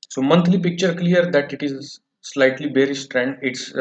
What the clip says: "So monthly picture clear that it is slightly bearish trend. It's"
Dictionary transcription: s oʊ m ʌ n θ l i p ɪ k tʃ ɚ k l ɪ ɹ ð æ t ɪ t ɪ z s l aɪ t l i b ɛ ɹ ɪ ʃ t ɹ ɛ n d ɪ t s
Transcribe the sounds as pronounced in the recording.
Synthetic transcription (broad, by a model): s oʊ m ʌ n t l i p ɪ k tʃ ɚ k l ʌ ɹ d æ t ɪ t ɪ z s l aɪ t l i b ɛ ɹ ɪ s t ɹ ɛ n d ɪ t s